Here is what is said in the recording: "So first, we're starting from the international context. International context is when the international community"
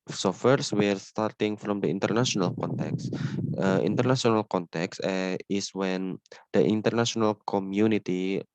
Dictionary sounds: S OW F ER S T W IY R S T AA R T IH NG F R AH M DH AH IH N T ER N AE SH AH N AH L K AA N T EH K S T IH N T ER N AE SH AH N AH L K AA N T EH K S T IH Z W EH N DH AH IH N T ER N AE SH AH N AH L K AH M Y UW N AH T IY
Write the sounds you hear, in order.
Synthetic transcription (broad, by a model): S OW F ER S W IY R S T AA R T IH NG F R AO M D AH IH N T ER N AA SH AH N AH L K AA N T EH K S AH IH N T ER N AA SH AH N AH L K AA N T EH K S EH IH S W EH N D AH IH N T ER N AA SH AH N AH L K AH M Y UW N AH T IY